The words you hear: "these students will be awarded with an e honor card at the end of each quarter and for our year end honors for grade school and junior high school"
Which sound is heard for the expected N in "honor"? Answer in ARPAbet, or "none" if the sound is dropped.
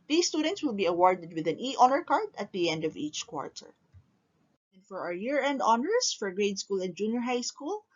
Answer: L